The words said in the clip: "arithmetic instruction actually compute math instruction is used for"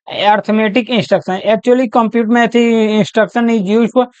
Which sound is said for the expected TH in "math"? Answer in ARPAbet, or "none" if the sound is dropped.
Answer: T